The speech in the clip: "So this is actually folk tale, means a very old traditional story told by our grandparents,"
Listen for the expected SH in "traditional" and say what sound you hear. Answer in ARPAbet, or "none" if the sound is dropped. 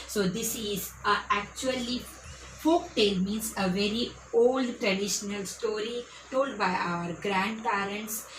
SH